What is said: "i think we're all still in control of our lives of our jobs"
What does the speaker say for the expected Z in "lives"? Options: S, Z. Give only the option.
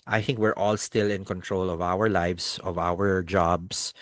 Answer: S